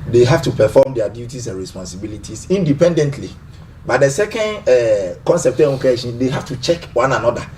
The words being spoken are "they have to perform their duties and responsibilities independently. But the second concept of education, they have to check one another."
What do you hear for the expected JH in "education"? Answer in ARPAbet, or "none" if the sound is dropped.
none